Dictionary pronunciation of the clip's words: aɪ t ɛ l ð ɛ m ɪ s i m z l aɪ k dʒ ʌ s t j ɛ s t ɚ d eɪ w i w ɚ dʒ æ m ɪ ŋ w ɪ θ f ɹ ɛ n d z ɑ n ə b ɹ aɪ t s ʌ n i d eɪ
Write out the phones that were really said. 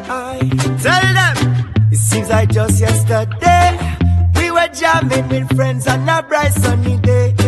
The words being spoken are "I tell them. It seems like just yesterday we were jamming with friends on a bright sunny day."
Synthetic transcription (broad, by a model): aɪ t ɛ l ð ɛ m ɪ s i z aɪ dʒ ʌ s t j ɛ s t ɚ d eɪ w i w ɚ dʒ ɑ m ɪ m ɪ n f ɹ ɛ n d z ɑ n ə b ɹ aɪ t s ʌ n i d eɪ